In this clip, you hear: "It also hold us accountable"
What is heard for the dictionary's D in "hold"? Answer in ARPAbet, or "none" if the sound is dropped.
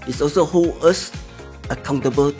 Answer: none